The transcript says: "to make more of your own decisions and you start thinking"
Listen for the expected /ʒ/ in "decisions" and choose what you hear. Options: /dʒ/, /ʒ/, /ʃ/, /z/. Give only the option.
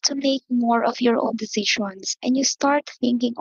/ʃ/